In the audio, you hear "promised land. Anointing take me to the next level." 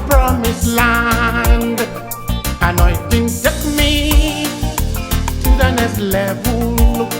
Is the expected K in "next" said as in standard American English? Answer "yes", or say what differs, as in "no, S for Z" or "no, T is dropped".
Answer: no, K is dropped